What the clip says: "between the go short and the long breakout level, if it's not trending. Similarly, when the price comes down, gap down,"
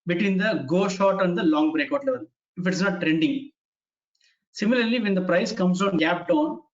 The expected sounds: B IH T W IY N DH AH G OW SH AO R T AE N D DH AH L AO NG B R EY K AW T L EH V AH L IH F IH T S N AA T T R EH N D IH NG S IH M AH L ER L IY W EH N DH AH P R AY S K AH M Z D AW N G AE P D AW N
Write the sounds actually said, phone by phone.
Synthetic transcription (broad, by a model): B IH T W IY N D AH G OW SH AO R T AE N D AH L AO NG B R EY K AW T L EH V AH L IH F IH T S N AA T T R EH N D IH NG S IH M AH L ER L IY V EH N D AH P R AY S K AH M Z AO N G AE P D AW N